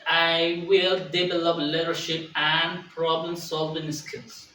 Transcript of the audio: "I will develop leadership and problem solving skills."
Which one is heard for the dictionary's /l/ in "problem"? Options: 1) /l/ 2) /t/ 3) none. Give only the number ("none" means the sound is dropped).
1